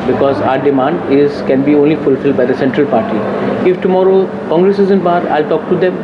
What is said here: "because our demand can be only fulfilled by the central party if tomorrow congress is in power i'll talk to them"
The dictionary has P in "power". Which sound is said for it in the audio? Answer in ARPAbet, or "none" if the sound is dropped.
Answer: B